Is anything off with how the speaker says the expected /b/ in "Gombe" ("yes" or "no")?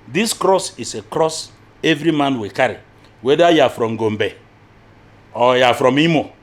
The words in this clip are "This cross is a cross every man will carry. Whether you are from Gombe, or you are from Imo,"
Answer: no